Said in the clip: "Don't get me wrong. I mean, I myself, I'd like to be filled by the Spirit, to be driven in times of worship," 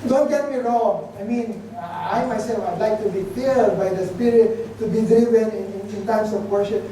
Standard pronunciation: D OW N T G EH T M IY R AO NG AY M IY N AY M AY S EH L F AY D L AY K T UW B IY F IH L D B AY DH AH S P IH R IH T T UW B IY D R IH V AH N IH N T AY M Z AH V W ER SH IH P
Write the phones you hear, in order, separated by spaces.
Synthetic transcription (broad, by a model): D OW N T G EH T M IY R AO AY M IY N AY M AY S EH L F AY D L AY K T UW B IY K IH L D B AY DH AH S P IH R IH T T UW B IY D R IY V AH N IH N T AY M S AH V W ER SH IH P